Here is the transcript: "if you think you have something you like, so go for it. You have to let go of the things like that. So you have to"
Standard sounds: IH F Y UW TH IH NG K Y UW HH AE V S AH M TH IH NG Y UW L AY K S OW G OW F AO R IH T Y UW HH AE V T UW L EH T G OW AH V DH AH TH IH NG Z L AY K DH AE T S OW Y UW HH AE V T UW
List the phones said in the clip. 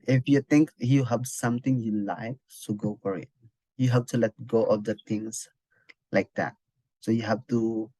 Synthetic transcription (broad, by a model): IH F Y UW T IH NG K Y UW HH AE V S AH M T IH NG Y UW L AY K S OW G OW F AO R IH T Y UW HH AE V T UW L EH T G OW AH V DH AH T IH NG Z L AY K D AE T S OW Y UW HH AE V T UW